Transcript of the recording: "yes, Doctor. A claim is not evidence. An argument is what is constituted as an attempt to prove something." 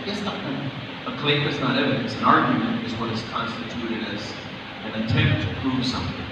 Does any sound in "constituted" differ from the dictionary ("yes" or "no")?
no